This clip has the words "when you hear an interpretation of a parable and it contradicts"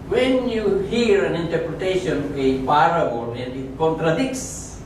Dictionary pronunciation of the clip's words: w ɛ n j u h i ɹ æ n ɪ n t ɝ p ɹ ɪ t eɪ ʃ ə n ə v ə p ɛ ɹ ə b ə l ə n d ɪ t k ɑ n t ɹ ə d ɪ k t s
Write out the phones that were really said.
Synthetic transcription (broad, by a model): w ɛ n j u h i ɹ æ n ɪ n t ɝ p ɹ ɪ t eɪ ʃ ə n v ə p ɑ ɹ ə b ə n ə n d ɪ t k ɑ n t ɹ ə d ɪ k s